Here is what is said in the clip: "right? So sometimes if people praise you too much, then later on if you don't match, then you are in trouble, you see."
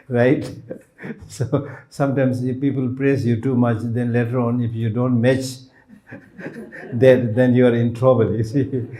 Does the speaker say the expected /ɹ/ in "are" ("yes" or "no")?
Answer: yes